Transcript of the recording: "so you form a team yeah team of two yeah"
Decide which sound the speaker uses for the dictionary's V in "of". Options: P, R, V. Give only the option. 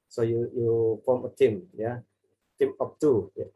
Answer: P